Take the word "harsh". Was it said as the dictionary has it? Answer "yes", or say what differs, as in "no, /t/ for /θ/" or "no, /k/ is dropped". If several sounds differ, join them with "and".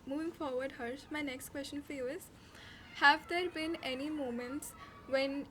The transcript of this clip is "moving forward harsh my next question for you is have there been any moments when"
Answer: no, /s/ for /ʃ/